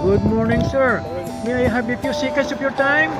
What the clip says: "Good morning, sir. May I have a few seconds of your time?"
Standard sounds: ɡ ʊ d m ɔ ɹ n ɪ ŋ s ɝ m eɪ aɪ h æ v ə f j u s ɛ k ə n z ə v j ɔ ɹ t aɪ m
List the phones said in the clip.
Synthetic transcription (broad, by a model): ɡ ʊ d m ɔ ɹ n ɪ ŋ s ɝ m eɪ aɪ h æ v ə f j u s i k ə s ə p j ɔ ɹ t aɪ m